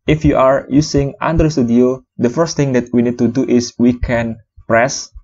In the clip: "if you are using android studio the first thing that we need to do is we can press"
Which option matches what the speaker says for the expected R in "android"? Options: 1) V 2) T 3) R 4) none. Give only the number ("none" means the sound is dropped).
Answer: 4